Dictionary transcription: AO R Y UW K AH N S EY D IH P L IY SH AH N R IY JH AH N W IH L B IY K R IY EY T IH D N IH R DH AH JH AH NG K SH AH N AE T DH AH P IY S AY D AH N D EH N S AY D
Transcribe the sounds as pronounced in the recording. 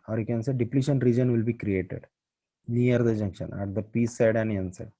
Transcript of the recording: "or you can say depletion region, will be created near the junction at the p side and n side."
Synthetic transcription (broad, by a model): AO R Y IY K AH N S EY D IH P L IY SH AH N R IY JH AH N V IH L B IY K R IY EY T IH D N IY R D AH JH AH NG K SH AH N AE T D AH P IY S AY D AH N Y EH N S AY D